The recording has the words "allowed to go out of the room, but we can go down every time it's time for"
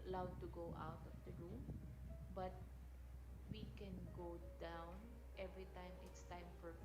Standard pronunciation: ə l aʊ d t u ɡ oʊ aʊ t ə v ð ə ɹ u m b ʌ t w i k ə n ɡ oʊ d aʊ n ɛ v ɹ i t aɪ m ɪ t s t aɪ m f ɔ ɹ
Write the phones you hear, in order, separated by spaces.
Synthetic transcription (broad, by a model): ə l aʊ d t u ɡ oʊ aʊ t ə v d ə ɹ u m b ʌ t w i k ə n ɡ oʊ d aʊ n ɛ v ɹ i t aɪ m ɪ t s t aɪ m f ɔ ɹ